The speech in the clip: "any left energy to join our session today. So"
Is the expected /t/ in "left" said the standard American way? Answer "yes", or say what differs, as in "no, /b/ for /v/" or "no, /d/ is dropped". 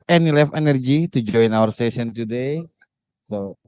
no, /t/ is dropped